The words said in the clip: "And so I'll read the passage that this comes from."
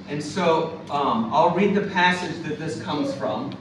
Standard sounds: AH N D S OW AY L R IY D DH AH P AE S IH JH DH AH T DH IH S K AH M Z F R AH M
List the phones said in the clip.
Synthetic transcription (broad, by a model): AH N S OW AY L R IY D DH AH P AE S IH JH DH AH T DH IH S K AH M Z F R AH M